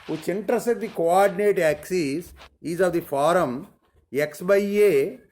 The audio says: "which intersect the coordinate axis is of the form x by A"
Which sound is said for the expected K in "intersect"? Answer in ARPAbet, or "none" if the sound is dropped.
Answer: none